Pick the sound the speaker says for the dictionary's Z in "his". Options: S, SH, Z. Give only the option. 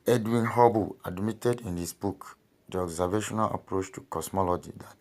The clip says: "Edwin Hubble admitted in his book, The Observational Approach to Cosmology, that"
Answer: S